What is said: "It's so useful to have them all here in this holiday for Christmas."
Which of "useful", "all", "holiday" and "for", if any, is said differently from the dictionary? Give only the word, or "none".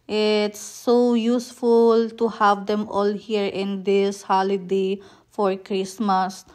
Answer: none